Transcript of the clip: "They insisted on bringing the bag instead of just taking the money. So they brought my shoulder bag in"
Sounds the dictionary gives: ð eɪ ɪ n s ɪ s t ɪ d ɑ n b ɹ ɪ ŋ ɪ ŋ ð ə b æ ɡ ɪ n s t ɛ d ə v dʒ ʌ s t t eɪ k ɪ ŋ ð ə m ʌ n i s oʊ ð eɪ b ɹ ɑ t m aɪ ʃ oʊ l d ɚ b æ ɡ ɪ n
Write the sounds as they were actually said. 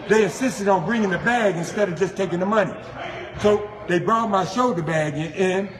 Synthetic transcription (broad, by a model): ð eɪ ɪ n s ɪ s t ɪ d n b ɹ ɪ ŋ ɪ ŋ ð ə b æ ɡ ɪ n s t ɛ d ə v dʒ ʌ s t t eɪ k ɪ ŋ ð ə m ʌ n i s oʊ ð eɪ b ɹ ɑ t m aɪ ʃ oʊ d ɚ b æ ɡ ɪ n